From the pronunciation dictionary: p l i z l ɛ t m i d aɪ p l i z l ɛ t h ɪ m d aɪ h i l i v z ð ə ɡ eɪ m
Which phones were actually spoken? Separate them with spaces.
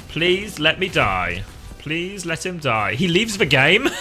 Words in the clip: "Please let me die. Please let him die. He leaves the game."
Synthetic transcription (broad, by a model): p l i z l ɛ t m i d aɪ p l i z l ɛ t h ɪ m d aɪ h i l i v z ð ə ɡ eɪ m